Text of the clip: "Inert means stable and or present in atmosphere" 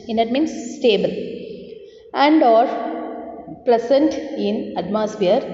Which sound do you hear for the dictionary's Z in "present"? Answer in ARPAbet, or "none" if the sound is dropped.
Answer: S